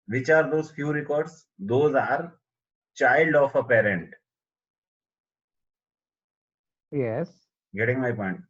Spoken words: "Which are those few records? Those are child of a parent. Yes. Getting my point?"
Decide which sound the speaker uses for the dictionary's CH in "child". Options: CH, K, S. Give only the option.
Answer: CH